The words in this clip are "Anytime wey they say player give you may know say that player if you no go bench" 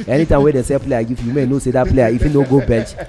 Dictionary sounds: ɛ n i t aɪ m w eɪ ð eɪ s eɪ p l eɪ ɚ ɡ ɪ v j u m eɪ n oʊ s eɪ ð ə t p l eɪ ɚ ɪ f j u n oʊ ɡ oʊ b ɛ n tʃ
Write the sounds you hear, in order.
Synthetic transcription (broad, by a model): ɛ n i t aɪ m w eɪ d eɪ s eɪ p l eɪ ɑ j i f j u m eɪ n oʊ s eɪ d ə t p l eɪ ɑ ɪ f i n oʊ ɡ oʊ b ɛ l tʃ